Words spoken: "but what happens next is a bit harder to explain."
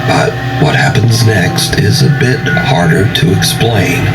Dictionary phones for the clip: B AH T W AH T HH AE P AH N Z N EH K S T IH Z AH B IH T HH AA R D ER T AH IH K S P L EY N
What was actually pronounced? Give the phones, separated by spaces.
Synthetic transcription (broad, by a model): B AH T W AH T HH AE P AH N Z N EH K S T IH Z AH B IH T HH AA R D ER T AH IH K S P L EY N